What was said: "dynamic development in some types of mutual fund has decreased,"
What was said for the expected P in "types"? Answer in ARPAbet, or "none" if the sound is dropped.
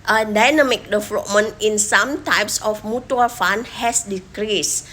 P